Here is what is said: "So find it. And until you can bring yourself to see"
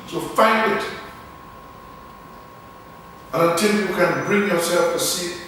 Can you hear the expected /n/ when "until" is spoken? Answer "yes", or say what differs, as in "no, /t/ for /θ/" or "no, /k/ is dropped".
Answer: no, /n/ is dropped